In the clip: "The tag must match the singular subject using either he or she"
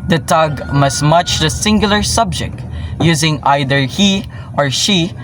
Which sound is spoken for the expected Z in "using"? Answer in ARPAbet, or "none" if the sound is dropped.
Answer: Z